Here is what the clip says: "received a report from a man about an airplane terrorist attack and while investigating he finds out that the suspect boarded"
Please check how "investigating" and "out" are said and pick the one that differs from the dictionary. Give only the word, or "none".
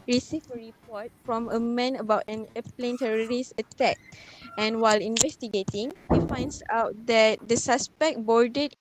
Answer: none